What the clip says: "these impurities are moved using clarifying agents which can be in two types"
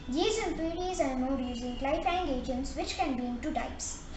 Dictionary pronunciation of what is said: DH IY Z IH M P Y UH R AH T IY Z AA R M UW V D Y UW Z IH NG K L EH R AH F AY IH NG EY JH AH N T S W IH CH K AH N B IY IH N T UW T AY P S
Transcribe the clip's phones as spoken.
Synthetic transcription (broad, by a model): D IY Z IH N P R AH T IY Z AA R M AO D Y UW Z IH NG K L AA AH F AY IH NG EY JH AH N T S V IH CH K AH N B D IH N T UW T AY P S